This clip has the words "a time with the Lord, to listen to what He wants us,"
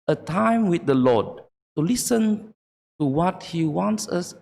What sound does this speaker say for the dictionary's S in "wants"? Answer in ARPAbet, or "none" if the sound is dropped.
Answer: S